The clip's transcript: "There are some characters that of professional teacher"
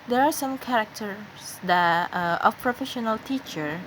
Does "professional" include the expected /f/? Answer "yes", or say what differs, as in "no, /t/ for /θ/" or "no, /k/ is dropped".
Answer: yes